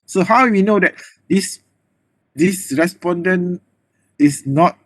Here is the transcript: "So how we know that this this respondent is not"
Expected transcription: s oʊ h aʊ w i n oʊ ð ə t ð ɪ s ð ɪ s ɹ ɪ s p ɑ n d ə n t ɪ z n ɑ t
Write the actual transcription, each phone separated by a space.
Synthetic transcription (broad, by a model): s oʊ h aʊ w i n oʊ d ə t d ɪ s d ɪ s ɹ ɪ s p ɑ n d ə n ɪ s n ɑ t